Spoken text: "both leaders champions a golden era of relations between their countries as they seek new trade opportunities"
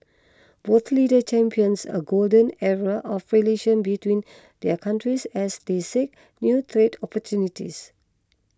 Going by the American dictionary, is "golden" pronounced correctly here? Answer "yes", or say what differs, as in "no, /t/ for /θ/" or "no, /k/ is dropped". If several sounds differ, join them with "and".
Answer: yes